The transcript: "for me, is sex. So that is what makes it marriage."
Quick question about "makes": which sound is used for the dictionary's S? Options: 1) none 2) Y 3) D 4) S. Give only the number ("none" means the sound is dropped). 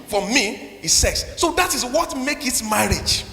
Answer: 1